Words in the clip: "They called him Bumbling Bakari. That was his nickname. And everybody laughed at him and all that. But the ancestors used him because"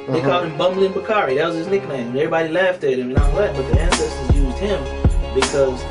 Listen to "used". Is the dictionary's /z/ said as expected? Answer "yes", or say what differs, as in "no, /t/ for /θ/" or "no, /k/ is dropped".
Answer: yes